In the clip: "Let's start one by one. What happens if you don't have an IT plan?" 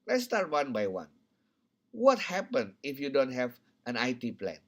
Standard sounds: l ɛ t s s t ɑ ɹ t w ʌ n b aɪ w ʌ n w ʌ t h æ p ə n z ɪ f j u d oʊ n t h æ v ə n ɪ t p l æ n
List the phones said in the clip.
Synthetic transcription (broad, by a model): l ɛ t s s t ɑ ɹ t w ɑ n b aɪ w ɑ n w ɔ t h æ p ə n ɪ f j u d oʊ n t h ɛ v ə n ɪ t p l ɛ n